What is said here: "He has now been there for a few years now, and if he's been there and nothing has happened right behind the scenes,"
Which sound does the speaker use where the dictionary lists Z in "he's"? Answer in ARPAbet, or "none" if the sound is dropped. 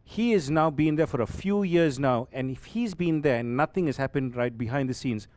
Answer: Z